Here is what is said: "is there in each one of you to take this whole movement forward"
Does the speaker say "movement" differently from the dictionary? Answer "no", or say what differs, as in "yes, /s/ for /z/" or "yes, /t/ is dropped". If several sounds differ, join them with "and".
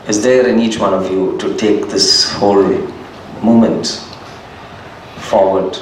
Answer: yes, /v/ is dropped